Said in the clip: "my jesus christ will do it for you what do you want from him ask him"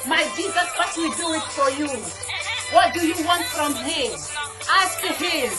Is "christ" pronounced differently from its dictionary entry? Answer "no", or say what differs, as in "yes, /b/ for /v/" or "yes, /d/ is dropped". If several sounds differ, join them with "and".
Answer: yes, /s/ is dropped